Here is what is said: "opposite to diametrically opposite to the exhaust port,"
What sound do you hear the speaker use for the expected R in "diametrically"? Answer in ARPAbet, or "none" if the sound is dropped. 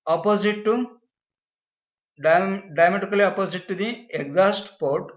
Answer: none